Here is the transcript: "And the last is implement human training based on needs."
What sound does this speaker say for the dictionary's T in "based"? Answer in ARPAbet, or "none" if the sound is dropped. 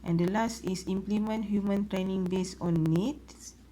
none